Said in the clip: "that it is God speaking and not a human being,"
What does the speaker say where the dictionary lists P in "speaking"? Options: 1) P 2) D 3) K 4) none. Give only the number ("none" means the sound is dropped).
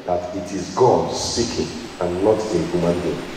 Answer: 4